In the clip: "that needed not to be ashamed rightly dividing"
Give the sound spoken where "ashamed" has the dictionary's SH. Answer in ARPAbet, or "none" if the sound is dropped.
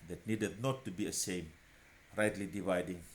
S